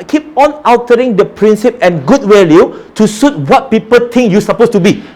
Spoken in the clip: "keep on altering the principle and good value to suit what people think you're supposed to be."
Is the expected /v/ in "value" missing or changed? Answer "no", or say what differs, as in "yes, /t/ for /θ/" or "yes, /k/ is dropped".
yes, /w/ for /v/